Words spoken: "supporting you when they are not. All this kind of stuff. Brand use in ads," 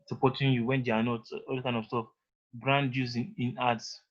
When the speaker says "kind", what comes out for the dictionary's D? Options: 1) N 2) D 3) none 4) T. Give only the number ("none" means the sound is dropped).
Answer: 3